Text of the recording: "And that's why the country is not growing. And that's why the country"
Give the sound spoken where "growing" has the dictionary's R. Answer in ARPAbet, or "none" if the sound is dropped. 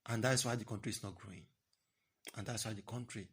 R